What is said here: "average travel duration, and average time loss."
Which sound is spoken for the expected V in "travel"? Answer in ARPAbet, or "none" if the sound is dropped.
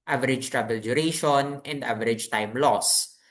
B